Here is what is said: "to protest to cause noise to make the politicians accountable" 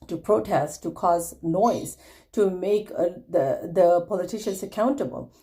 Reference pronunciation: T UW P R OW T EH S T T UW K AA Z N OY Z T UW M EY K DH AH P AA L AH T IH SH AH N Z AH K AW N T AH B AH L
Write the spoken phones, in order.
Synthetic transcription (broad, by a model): T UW P R OW T EH S T T UW K AA Z N OY Z T UW M EY K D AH P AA L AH T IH SH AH N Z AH K AW N T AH B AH L